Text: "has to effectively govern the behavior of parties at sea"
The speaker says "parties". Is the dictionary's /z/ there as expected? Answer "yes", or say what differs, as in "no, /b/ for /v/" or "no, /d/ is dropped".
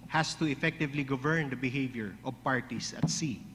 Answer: no, /s/ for /z/